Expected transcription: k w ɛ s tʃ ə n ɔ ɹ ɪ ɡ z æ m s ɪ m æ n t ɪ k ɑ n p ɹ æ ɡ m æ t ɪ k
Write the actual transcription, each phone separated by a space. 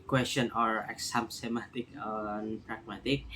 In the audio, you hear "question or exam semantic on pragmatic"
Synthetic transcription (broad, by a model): k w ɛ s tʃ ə n ɔ ɹ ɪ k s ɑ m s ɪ m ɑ t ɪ k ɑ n p ɹ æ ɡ m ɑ t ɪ k